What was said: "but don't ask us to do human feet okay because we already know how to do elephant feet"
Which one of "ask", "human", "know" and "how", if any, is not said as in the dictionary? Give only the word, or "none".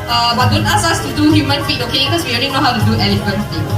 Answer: ask